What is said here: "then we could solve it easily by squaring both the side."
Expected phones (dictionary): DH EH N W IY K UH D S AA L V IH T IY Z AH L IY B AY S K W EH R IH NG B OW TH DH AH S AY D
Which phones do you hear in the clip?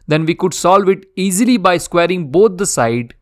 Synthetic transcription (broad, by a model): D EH N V IY K UH D S AA L V IH T IY Z AH L IY B AY S K W EH R IH NG B OW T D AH S AY D